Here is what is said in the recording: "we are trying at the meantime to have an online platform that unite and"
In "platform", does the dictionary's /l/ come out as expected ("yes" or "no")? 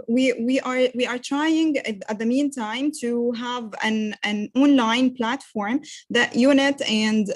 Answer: yes